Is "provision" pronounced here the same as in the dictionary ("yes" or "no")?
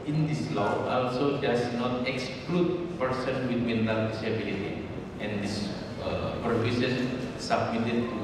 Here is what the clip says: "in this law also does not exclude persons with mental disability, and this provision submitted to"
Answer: no